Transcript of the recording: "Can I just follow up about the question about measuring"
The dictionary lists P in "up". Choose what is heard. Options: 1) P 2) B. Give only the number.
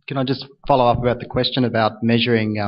1